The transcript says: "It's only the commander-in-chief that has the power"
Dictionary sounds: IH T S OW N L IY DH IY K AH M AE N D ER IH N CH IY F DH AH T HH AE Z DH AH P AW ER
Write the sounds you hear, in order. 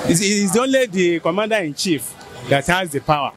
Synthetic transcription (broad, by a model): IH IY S OW N L IY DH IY K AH M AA N D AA IH N CH IY F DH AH T HH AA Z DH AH P AW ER